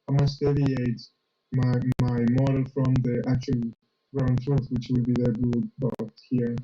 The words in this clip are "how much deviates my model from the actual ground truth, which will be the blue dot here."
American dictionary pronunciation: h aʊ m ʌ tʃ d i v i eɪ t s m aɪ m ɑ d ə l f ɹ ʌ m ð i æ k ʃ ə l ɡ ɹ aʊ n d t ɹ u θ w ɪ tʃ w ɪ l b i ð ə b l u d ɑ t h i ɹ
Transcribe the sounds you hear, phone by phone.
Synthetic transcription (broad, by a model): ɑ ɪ m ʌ s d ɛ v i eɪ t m m aɪ m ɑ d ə l f ɹ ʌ m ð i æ k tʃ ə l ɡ ɹ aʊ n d t ɹ u θ w ɪ tʃ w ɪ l b i ð ə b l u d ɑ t h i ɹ